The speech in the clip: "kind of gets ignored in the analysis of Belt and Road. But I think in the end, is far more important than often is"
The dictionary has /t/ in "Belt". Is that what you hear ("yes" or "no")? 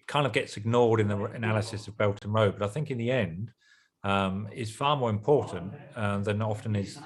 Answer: yes